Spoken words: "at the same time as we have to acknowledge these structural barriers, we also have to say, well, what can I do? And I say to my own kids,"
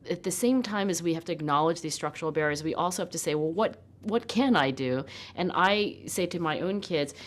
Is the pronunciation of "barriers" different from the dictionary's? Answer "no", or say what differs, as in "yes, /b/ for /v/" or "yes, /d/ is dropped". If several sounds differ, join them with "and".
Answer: no